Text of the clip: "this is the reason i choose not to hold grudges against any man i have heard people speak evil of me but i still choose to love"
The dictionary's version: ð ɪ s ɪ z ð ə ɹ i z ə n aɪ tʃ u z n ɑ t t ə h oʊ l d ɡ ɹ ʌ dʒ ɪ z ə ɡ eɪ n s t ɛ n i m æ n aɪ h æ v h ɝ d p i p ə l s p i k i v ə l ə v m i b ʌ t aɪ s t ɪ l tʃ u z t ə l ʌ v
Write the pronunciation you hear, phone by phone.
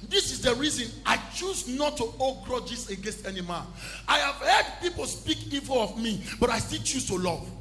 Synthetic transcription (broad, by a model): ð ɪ s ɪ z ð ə ɹ i z ə n aɪ tʃ u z n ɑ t t ə oʊ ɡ ɹ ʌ dʒ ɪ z ə ɡ eɪ n s t ɛ n i m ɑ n aɪ h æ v h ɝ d p i p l s p i k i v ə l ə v m i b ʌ t aɪ s t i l tʃ u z t ə l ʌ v